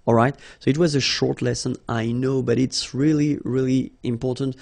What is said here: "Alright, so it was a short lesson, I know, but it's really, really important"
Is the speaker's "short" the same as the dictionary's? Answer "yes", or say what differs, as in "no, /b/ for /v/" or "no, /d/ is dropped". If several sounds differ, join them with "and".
yes